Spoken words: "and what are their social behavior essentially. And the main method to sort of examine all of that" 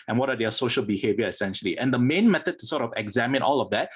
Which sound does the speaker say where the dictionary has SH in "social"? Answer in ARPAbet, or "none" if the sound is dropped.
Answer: SH